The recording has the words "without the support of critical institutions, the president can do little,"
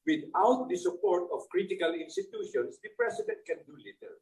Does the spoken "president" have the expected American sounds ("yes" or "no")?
no